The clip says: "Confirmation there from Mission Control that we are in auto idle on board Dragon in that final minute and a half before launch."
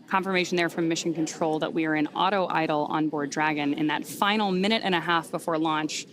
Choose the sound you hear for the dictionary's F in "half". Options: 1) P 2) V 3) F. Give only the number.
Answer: 3